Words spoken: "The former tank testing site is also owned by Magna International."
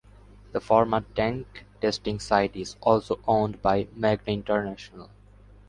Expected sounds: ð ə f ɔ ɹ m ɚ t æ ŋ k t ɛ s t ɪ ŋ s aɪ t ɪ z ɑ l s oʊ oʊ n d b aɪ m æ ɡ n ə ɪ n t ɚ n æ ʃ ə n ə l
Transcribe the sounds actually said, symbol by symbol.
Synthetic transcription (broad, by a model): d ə f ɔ ɹ m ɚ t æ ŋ k t ɛ s t ɪ ŋ s aɪ t ɪ z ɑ l s oʊ oʊ n d b aɪ m æ ɡ n ə ɪ n t ɚ n æ ʃ ə n ə l